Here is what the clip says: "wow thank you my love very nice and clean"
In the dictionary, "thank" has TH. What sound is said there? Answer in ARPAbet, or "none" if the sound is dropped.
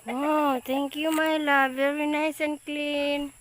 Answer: T